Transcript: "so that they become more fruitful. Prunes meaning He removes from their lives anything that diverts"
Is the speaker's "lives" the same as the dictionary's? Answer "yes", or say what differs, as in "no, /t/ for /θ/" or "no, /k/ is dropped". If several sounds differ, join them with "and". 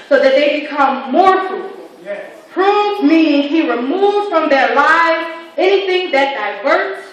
yes